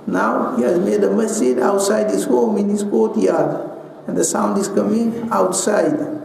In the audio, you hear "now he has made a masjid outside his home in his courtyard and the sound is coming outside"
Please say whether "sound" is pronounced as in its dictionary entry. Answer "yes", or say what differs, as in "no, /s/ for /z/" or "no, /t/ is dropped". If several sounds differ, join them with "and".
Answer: yes